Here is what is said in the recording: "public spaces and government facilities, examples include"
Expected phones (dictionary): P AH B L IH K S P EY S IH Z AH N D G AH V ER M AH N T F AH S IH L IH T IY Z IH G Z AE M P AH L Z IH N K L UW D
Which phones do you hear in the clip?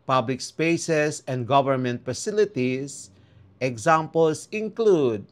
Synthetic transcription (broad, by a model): P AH B L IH K S P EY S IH S AH N D G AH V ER M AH N T F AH S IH L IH T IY S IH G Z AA M P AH L S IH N K L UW D